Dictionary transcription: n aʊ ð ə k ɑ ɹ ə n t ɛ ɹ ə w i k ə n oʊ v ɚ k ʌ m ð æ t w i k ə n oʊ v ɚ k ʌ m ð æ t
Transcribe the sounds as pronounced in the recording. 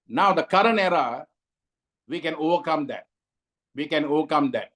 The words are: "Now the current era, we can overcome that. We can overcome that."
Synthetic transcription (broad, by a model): n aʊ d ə k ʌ ɹ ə n ɛ ɹ ə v i k ə n oʊ v ɚ k ʌ m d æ t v i k ə n oʊ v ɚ k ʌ m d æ t